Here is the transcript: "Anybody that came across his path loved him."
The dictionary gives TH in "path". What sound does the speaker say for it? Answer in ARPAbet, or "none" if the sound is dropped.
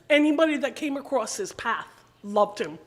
TH